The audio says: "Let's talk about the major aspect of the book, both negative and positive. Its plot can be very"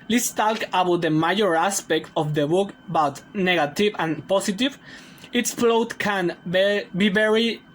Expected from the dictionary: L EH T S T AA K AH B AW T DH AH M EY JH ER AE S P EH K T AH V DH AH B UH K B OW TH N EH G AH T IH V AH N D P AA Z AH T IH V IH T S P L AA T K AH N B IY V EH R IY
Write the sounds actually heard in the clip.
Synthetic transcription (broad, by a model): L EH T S T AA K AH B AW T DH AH M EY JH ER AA S P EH K T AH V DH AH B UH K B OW T N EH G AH T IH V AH N P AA S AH T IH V IH T S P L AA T K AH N B IY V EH R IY